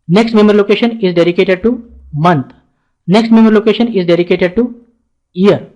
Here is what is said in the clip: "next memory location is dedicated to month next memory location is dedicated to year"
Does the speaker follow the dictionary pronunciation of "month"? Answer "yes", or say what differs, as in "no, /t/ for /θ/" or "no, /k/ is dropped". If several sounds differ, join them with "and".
no, /t/ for /θ/